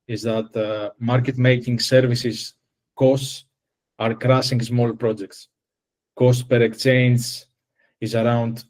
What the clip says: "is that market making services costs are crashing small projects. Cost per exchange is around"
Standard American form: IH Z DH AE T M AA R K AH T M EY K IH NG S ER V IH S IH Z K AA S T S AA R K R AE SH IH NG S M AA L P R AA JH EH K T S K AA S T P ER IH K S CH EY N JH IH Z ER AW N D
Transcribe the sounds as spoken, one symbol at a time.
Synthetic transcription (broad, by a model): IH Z DH AE T M AA R K AH T M EY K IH NG S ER V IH S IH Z K AA S T S AA R K R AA S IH NG S M AA L P R AA JH EH K T S K AA S T P ER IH K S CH EY N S IH Z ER AW N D